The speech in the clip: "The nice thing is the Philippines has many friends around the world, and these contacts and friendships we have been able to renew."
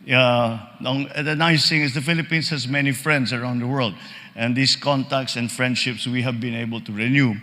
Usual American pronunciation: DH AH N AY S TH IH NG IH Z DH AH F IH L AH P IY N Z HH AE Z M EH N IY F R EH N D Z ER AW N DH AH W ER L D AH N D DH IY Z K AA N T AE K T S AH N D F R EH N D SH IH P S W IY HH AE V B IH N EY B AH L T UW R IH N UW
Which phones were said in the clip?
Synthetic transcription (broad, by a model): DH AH N AY S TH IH NG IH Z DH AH F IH L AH P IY N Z HH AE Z M EH N IY F R EH N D S ER AW N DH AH W ER L D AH N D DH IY S K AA N T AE K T S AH N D F R EH N D SH IH P S W IY HH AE V B IH N EY B AH L T UW R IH N UW